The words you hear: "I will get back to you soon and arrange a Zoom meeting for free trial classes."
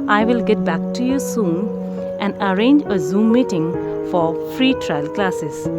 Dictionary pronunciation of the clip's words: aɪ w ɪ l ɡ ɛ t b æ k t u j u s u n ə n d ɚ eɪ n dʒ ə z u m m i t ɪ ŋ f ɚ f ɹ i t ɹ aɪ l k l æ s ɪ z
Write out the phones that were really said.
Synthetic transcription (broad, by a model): aɪ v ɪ l ɡ ɛ t b æ k t u j u s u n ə n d ɚ eɪ n dʒ ə z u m m i t ɪ ŋ f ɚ f ɹ i t ɹ aɪ l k l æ s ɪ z